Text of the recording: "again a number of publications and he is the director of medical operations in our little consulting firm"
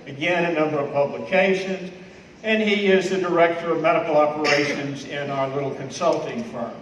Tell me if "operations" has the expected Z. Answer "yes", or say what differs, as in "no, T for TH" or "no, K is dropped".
yes